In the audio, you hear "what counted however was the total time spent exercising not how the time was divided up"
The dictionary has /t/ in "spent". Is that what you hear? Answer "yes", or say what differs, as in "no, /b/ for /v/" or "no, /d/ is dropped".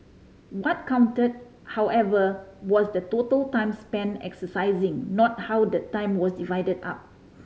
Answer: no, /t/ is dropped